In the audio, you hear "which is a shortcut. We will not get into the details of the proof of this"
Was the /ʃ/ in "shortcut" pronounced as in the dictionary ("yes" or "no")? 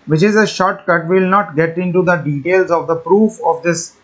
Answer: yes